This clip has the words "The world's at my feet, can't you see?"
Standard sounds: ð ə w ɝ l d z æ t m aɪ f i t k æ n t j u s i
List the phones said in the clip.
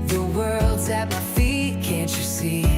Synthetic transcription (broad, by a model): ð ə w ɝ l d z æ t m aɪ f i t k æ n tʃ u s i